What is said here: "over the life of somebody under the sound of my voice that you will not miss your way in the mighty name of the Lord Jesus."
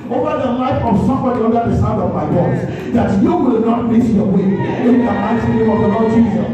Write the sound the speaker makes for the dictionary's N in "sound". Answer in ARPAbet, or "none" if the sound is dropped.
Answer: none